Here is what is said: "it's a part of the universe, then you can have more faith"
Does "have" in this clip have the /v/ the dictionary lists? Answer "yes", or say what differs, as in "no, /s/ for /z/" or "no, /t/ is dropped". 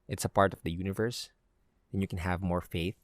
yes